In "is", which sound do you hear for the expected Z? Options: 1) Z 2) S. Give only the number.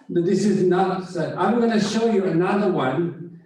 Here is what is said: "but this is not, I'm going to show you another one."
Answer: 1